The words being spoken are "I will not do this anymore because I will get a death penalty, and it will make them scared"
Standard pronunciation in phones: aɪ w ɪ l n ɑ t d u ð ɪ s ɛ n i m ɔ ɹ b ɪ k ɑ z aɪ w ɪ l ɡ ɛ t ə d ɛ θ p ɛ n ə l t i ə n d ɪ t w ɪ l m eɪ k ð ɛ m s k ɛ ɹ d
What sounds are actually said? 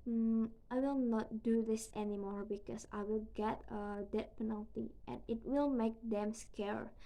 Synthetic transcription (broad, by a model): aɪ w ɪ l n ɑ t d u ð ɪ s ɛ n i m ɔ ɹ b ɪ k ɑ s aɪ w ɪ l ɡ ɛ t ə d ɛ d p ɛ n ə l t i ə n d ɪ t w ɪ l m eɪ k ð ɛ m s k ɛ ɹ